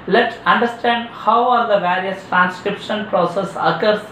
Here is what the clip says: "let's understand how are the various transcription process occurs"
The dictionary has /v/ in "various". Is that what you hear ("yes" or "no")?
yes